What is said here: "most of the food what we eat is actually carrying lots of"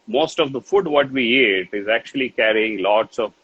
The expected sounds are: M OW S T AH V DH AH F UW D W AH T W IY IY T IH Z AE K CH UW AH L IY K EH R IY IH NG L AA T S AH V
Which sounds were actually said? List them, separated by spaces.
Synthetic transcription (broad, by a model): M OW S T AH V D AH F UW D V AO T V IY IY T IH Z AE K CH UW AH L IY K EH R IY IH NG L AA T S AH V